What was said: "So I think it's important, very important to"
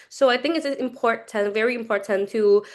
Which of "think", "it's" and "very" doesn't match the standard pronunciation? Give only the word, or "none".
none